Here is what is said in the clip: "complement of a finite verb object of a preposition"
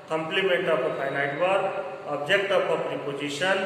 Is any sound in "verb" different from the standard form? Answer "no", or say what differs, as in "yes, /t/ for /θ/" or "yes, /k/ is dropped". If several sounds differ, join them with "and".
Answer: yes, /b/ is dropped